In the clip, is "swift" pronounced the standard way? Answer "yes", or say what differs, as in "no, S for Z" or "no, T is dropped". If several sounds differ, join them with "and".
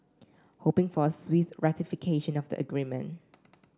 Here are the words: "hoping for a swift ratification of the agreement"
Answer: no, F is dropped